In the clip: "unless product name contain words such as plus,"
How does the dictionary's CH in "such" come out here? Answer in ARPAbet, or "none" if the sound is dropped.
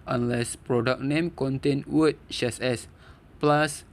S